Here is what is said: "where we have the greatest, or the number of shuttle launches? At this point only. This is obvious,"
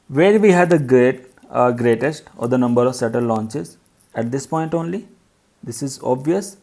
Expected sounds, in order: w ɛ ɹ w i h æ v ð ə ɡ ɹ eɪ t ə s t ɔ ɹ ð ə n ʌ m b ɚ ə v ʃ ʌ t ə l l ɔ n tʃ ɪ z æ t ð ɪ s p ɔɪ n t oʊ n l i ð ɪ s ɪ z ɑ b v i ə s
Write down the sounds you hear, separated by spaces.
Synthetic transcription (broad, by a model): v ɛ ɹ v i h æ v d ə ɡ ɹ eɪ t ə s t ɔ ɹ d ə n ʌ m b ɚ ə v s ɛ t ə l l ɔ n tʃ ɪ z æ t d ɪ s p ɔɪ n t oʊ n l i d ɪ s ɪ z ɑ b v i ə s